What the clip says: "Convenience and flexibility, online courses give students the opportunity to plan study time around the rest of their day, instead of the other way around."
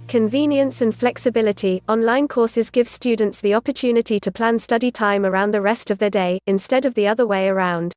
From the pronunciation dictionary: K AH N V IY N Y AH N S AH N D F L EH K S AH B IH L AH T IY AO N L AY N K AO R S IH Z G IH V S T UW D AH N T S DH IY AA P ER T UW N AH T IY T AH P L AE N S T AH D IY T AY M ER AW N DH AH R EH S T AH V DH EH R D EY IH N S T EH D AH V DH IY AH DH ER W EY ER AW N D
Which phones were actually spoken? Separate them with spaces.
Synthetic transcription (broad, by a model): K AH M V IY N Y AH N S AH N F L EH K S AH B IH L AH T IY AO N L AY N K AO S IH Z G IH V S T UW D N T S DH IY AA P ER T UW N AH T IY T AH P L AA N S T AH D IY T AY M ER AW N DH AH R EH S T AH V DH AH D EY IH N S T EH D AH V DH IY AH DH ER W EY ER AW N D